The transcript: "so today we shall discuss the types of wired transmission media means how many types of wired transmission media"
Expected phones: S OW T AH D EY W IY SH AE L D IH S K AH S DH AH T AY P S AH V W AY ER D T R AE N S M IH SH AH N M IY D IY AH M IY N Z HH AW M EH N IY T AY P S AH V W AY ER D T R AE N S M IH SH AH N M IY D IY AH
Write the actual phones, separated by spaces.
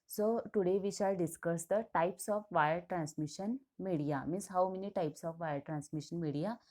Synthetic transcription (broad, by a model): S OW T AH D EY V IY SH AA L D IH S K AH S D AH T AY P S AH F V AY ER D T R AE N S M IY SH AH N M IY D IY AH M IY N S HH AW M EH N IY T AY P S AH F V AY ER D T R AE N S M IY SH AH N M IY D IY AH